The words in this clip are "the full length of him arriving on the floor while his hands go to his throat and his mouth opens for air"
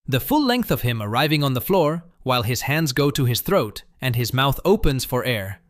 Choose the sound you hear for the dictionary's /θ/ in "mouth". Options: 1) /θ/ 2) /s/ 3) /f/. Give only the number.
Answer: 1